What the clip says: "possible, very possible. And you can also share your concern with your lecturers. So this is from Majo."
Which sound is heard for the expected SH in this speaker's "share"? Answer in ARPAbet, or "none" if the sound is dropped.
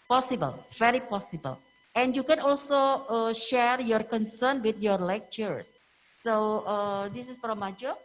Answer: SH